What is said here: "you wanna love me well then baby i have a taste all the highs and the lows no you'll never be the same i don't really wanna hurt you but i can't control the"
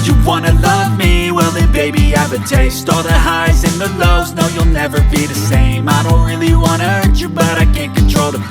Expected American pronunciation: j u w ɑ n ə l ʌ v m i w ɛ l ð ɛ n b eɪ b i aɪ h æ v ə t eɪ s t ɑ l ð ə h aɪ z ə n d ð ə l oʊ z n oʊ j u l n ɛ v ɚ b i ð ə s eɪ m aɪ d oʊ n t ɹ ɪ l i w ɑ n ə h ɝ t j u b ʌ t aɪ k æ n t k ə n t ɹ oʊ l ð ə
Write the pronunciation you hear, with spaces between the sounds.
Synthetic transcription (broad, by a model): j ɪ w ɑ n ə l ʌ v m i w ɛ l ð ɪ b eɪ b i aɪ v ə t eɪ s t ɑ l ð ə h aɪ z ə n ð ə l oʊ z n oʊ j u l n ɛ v ɚ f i ð ə s eɪ m aɪ d oʊ n t ɹ ɪ l i w ɑ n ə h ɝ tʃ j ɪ b ʌ t aɪ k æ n k ə n t ɹ oʊ l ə